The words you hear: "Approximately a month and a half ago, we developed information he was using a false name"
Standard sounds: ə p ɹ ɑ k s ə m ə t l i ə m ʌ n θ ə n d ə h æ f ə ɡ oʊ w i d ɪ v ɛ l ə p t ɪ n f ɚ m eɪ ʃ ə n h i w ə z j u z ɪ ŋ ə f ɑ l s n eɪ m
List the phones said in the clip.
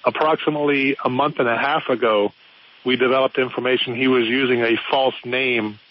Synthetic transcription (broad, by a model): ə p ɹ ɑ k s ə m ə t l i ə m ʌ n θ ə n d ə h æ f ə ɡ oʊ w i d ɪ v ɛ l ə p t ɪ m f ɚ m eɪ ʃ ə n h i w ə z j u z ɪ ŋ ə f ɑ l s n eɪ m